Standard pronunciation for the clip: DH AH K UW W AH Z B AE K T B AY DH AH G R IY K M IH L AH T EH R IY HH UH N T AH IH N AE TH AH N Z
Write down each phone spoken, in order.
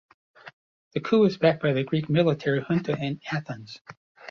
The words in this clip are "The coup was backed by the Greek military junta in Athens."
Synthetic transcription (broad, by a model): DH AH K UW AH Z B AE K B AY DH AH G R IY K M IH L AH T EH R IY HH UH N T AH IH N AE TH AH N Z